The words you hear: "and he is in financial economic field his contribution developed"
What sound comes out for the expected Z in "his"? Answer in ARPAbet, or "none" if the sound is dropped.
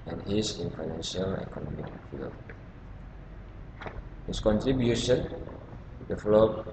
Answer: S